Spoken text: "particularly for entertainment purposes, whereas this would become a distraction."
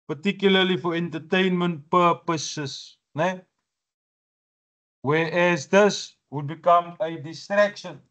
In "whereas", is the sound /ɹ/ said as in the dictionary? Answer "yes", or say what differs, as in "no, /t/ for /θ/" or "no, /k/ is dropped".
no, /w/ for /ɹ/